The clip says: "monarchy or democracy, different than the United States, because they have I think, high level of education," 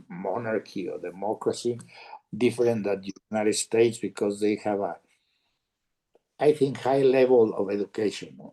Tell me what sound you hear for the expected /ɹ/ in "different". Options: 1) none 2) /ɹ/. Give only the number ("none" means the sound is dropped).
1